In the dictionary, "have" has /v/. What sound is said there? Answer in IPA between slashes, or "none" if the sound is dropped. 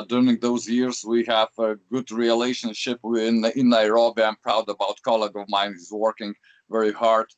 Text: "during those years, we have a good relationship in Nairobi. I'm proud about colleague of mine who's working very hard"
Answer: /v/